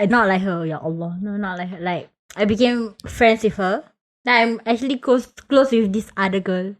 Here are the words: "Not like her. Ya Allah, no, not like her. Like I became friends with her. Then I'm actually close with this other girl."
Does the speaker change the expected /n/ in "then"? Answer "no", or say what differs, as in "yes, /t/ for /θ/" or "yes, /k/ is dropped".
yes, /n/ is dropped